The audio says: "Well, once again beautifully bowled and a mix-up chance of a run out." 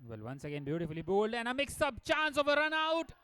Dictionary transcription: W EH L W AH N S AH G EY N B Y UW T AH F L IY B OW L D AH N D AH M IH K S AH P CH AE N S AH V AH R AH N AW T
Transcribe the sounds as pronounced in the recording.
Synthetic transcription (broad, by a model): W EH L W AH N S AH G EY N B Y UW T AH F L IY B OW L D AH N AH M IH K S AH B CH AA N S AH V AH R AH N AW T